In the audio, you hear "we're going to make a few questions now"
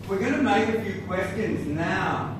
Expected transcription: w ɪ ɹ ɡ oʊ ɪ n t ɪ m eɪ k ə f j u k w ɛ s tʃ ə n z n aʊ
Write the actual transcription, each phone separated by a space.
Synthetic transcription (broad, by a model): w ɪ ɹ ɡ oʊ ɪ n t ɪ m eɪ k ə f j u k w ɛ s tʃ ə n z n aʊ